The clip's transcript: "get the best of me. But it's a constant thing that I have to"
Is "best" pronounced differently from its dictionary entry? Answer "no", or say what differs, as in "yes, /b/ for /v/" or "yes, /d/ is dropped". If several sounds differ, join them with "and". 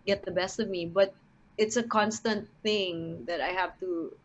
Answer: no